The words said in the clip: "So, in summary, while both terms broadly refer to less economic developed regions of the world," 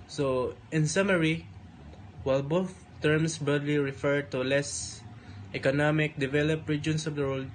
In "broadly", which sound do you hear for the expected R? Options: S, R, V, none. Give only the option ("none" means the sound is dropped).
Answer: none